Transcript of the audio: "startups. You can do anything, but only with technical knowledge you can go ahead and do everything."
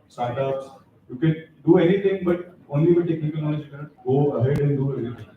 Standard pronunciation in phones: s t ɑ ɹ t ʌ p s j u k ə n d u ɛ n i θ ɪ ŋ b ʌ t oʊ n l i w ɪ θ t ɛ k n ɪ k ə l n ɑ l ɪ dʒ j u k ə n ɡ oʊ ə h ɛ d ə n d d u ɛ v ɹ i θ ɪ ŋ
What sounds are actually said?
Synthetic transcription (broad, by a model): s t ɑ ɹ t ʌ p s j u k ə n d u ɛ n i t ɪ ŋ b ʌ t oʊ n l i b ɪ t ɛ k n ɪ k ə l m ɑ n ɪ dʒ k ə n ɡ oʊ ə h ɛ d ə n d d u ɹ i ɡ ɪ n